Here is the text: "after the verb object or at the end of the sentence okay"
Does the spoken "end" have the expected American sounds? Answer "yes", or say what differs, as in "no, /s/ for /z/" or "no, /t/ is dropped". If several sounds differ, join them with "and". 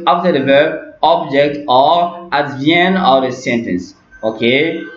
no, /d/ is dropped